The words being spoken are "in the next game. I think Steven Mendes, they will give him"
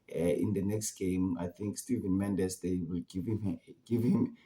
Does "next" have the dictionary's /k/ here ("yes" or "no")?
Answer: yes